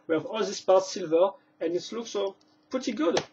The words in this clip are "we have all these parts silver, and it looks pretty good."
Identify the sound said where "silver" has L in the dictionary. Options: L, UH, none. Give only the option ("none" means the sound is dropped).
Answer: L